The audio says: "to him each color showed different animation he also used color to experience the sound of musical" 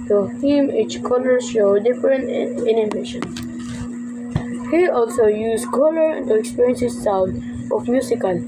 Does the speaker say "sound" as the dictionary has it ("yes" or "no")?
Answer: no